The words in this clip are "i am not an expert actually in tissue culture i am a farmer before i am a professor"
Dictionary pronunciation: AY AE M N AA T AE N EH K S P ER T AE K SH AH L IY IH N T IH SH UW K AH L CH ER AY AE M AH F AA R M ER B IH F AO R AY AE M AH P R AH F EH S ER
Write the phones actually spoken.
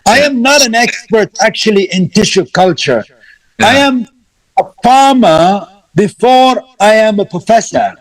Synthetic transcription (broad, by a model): AY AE M N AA T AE N EH K S P ER T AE K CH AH L IY IH N T IH SH UW K AH L CH ER AY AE M AH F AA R M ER B IH F AO R AY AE M AH P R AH F EH S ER